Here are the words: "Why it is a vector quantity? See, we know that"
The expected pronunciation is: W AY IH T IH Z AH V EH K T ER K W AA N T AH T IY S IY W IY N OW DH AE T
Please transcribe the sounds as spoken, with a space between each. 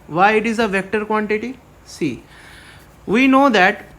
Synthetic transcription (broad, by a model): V AY IH T IH Z AH V EH K T ER K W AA N T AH T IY S IY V IY N OW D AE T